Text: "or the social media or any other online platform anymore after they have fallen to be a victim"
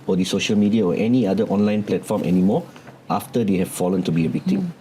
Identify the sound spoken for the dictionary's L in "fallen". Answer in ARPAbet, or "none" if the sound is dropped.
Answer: L